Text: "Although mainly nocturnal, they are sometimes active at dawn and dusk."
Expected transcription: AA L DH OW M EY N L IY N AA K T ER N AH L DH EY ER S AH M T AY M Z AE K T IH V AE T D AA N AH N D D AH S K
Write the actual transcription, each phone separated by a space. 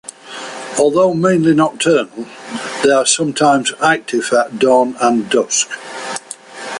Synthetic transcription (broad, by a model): AA L DH OW M EY N L IY N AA T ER N AH L DH EY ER S AH M T AY M Z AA K T IH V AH T D AA N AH N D D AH S K